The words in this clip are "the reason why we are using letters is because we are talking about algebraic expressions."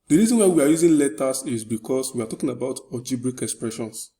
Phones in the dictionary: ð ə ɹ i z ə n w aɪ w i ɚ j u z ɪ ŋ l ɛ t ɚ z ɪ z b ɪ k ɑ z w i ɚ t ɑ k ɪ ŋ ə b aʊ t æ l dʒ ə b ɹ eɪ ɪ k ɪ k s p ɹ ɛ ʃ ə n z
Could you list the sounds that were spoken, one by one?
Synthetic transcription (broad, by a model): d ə ɹ i z ə n w aɪ w i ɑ j u z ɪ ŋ l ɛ t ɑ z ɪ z b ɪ k ɑ s w i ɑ t ɑ k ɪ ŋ ə b aʊ t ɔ dʒ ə b ɹ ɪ k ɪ k s p ɹ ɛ ʃ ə n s